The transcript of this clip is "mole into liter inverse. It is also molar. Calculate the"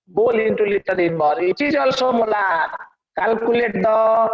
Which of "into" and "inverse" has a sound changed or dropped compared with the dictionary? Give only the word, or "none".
inverse